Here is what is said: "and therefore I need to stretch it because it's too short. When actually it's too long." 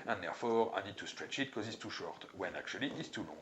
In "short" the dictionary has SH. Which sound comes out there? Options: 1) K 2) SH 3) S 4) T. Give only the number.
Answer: 2